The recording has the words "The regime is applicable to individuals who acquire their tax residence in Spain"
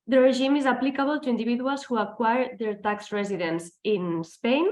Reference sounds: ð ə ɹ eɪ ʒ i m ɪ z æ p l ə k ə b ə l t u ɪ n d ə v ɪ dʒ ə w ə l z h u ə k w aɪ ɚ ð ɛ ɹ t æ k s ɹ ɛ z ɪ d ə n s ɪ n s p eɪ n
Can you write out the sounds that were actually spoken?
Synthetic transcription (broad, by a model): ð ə ɹ eɪ ʒ i m ɪ z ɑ p l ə k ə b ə l t u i n d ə b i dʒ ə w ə l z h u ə k w aɪ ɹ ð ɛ ɹ t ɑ k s ɹ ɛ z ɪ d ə n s ɪ n s p eɪ n